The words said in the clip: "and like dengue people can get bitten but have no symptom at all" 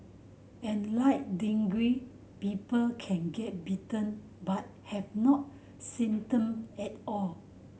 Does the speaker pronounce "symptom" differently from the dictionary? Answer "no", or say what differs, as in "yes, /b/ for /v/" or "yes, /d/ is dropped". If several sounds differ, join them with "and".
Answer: yes, /p/ is dropped